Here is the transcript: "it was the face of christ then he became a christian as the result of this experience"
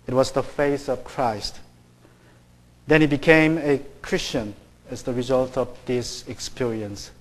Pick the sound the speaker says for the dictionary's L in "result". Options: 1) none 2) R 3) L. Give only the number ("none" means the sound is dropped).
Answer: 3